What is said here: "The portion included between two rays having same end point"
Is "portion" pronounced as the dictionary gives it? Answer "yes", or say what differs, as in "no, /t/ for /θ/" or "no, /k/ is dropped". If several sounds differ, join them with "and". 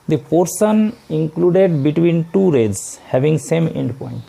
no, /s/ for /ʃ/